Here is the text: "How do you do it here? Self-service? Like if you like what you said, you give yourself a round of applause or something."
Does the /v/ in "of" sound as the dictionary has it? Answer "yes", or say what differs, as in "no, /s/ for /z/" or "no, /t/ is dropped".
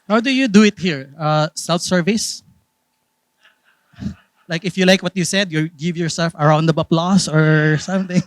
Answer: no, /b/ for /v/